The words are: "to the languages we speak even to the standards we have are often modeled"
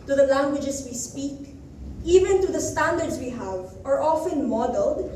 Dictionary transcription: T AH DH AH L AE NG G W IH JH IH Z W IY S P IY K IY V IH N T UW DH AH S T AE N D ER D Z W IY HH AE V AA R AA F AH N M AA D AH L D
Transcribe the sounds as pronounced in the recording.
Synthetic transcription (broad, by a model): T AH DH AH L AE NG G W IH JH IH S W IY S P IY K IY V IH N T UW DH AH S T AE N D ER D S W IY HH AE V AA R AA F AH N M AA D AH L D